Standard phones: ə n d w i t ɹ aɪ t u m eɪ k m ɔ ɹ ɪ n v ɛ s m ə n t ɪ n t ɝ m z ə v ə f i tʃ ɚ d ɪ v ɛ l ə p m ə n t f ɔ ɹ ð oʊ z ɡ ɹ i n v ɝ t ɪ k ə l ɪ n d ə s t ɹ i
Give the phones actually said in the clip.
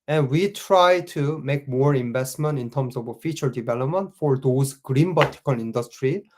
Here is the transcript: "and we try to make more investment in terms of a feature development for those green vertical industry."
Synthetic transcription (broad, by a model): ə n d w i t ɹ aɪ t u m eɪ k m ɔ ɹ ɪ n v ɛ s m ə n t ɪ n t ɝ m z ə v ə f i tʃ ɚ d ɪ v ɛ l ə p m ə n t f ɔ ɹ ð oʊ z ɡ ɹ i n b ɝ t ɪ k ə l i n d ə s t ɹ i